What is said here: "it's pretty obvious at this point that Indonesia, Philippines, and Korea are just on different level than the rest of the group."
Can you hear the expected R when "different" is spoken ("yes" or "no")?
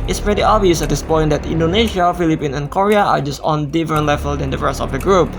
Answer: no